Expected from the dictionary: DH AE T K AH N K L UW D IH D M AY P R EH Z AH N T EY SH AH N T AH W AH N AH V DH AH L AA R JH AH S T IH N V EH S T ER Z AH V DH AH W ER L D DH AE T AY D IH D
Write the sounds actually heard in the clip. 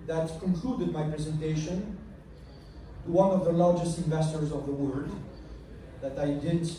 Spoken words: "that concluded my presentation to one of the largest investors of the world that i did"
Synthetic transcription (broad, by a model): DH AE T K AH N K L UW D IH D M AY P R EH Z AH N T EY SH AH N T AH W AH N AH V DH AH L AA R JH AH S T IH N V EH S T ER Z AH V DH AH W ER D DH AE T AY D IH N